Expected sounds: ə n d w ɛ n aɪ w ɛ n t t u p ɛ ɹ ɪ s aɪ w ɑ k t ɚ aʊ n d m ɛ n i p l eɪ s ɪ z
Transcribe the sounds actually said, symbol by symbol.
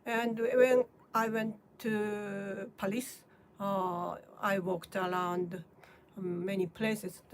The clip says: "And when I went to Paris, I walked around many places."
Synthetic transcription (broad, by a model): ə n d w ɛ n aɪ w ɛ n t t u p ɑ l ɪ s aɪ w ɑ k t ɚ aʊ n d m ɛ n i p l eɪ s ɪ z